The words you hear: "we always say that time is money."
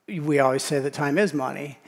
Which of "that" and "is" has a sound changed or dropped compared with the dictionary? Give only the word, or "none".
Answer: none